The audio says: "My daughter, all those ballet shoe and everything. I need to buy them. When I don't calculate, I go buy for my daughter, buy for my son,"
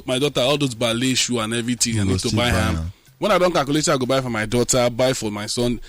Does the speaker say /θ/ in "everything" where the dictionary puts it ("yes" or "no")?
no